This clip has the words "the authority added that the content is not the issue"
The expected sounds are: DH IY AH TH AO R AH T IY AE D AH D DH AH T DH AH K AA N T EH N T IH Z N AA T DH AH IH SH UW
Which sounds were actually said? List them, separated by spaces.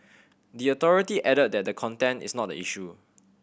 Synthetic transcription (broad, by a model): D IY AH T AO R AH T IY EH D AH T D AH T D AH K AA N T EH N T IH S N AA T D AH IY SH UW